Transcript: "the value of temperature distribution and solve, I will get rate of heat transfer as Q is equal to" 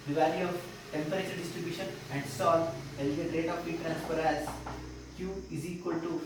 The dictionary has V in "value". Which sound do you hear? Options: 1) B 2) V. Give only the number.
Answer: 2